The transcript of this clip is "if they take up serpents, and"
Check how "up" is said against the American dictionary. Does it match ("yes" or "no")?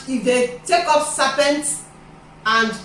no